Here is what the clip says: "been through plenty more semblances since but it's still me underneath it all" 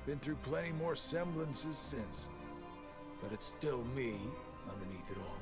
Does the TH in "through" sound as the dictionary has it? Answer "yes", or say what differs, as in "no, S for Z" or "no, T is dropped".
yes